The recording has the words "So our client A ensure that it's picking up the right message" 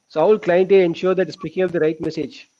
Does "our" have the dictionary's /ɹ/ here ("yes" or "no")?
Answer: no